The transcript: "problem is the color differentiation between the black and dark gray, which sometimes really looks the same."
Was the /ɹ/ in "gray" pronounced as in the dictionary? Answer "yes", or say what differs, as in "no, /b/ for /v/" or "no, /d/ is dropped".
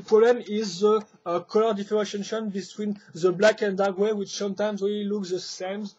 no, /w/ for /ɹ/